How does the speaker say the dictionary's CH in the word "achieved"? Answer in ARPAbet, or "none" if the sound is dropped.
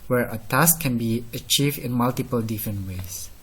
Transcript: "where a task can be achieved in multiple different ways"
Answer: CH